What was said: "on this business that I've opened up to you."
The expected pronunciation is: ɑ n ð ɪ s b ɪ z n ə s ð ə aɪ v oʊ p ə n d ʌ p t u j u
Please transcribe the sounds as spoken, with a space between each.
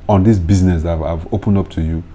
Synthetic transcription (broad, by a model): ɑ n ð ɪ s b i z n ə s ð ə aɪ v oʊ p ə n d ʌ p t u j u